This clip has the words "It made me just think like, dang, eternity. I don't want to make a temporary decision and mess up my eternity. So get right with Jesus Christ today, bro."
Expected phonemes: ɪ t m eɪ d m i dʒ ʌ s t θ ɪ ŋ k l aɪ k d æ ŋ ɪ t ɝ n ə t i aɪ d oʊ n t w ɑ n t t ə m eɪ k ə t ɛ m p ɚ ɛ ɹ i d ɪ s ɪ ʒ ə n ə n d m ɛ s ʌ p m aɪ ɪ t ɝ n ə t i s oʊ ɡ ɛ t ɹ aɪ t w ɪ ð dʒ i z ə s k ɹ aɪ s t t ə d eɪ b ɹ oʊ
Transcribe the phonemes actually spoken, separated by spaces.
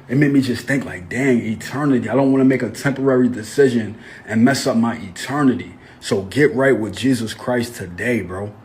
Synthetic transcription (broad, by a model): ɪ t m eɪ d m i dʒ ʌ s θ ɪ ŋ k l aɪ k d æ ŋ ɪ t ɝ n ə t i aɪ d oʊ n t w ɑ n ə m eɪ k ə t ɛ m p ɚ ɛ ɹ i d ɪ s ɪ ʒ ə n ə n m ɛ s ʌ p m aɪ ɪ t ɝ n ə t i s oʊ ɡ ɛ t ɹ aɪ t w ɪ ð dʒ i z ə s k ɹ aɪ s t t ə d eɪ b ɹ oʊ